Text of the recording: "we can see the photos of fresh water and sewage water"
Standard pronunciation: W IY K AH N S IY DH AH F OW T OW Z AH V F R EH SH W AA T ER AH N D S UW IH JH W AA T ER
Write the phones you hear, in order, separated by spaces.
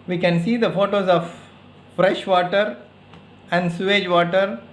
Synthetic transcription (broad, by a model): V IY K AH N S IY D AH F OW T OW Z AH V F R EH SH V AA T ER AH N D S UW IH JH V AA T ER